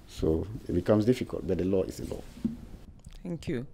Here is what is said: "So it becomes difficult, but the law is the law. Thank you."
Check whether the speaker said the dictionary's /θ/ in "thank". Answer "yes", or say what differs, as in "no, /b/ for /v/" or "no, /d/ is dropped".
no, /t/ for /θ/